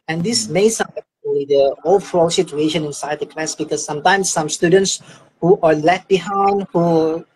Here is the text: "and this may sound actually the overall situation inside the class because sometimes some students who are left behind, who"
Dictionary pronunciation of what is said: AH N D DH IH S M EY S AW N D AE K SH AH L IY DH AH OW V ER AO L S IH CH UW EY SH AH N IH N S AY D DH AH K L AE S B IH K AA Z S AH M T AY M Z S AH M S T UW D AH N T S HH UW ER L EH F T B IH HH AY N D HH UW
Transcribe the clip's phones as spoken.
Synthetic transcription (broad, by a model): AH N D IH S M EY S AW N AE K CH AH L IY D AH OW F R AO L S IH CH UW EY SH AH N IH N S AY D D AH K L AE S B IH K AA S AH M T AY M S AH M S T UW D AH N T S HH UW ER L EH T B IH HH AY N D HH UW